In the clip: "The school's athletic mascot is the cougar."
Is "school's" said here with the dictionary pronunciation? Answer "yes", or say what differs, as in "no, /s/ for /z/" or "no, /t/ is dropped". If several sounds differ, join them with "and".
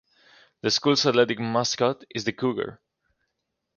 no, /s/ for /z/